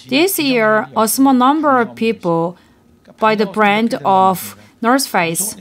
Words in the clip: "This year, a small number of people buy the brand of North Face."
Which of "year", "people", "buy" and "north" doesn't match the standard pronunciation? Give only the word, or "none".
north